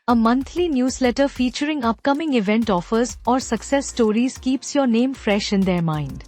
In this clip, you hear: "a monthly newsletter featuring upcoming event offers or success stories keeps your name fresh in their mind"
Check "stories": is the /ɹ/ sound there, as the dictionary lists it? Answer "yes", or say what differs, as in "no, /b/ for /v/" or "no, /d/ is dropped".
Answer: yes